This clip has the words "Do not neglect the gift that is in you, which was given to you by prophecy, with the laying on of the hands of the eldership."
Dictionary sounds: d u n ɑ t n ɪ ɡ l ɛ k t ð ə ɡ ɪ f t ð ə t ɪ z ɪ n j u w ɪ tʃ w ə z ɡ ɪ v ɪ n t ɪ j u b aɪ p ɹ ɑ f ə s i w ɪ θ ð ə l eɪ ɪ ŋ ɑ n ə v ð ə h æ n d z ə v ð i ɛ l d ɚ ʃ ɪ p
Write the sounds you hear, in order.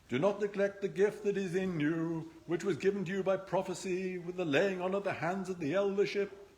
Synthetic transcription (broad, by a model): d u n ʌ t n ɪ ɡ l ɛ k t ð ə ɡ ɪ f t ð ə t ɪ z ɪ n j u w ɪ tʃ w ə z ɡ ɪ v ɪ n t ɪ j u b aɪ p ɹ ɑ f ə s i w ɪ ð ə l eɪ ɪ ŋ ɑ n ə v ð ə h æ n d z ə v ð i ɛ l d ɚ ʃ ɪ p